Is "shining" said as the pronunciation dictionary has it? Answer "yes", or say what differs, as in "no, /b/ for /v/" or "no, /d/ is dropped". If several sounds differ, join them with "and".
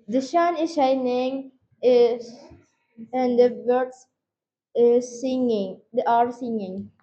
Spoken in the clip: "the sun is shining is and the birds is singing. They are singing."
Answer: yes